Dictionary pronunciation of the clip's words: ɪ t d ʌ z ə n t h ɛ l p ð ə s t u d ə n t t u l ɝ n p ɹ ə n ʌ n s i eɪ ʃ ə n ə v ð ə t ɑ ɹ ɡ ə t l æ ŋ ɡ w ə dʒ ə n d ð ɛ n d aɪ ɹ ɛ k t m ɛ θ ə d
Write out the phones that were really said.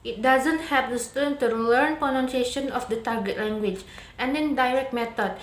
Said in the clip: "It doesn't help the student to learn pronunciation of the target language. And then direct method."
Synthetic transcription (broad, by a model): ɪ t d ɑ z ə n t h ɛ p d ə s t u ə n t t u l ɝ n p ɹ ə n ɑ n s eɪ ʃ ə n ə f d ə t ɑ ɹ ɡ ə t l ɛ ŋ ɡ w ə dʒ ə n d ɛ n d aɪ ɹ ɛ k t m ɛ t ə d